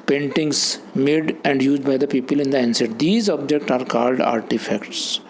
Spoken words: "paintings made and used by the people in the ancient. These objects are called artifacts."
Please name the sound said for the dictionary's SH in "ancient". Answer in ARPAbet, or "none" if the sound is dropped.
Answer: S